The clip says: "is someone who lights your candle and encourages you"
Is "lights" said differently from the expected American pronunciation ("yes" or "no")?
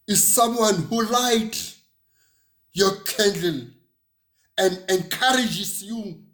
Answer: yes